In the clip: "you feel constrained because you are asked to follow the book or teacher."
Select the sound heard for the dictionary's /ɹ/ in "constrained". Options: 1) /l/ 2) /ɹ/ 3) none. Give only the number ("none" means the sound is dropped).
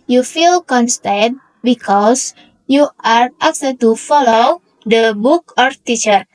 3